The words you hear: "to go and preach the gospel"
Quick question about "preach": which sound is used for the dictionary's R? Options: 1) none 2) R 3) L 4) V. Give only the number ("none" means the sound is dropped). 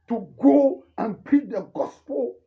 1